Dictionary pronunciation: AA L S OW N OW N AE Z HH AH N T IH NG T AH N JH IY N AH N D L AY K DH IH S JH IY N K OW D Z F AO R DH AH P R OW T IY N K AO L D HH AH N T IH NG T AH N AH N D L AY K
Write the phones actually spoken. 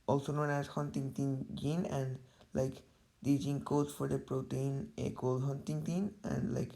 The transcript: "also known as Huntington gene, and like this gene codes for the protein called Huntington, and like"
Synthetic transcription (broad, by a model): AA L S OW N OW N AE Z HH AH N T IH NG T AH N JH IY N AH N D L AY K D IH JH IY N K OW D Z F AO R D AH P R OW T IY N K AO L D HH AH N T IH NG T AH N AH N D L AY K